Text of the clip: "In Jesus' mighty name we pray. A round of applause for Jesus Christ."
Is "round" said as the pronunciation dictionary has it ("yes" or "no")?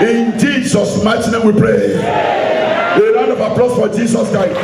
no